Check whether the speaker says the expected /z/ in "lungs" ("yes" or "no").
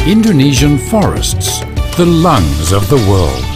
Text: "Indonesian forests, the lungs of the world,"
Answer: yes